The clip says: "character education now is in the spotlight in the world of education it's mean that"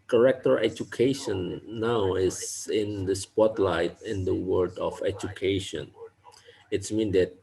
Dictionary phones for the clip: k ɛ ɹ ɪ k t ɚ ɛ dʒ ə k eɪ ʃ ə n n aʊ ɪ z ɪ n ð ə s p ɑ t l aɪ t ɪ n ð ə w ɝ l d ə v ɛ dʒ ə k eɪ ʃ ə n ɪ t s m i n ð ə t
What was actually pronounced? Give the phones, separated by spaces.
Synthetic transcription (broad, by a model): k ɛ ɹ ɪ k t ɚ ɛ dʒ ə k eɪ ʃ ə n n aʊ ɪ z ɪ n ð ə s p ɑ t l aɪ t ɪ n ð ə w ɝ d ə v ɛ dʒ ə k eɪ ʃ ə n ɪ t s m i n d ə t